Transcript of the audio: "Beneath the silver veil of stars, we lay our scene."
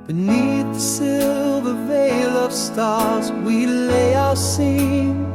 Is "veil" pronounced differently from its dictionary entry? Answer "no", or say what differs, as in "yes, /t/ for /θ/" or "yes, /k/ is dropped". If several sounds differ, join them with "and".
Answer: no